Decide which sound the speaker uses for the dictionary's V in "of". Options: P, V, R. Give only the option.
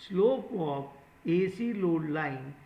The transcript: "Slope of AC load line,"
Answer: P